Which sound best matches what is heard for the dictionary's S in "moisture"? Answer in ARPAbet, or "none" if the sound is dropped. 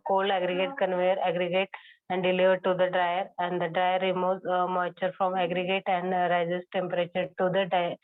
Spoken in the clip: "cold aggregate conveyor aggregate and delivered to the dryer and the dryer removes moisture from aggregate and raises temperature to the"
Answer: none